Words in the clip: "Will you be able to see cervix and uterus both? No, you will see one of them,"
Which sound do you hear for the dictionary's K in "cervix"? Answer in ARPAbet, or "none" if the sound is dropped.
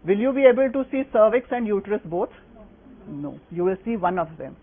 K